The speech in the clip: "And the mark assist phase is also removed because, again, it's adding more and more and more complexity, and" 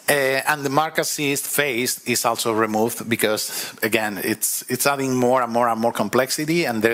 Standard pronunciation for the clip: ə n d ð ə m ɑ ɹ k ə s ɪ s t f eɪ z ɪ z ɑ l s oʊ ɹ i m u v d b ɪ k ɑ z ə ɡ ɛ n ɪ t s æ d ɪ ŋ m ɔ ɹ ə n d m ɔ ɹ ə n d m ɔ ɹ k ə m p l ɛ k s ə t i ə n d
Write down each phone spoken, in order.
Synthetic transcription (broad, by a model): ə n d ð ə m ɑ ɹ k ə s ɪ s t f eɪ s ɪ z ɑ l s oʊ ɹ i m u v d b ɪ k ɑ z ə ɡ ɛ n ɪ t s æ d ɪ ŋ m ɔ ɹ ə n m ɔ ɹ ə n m ɔ ɹ k ə m p l ɛ k s ə t i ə n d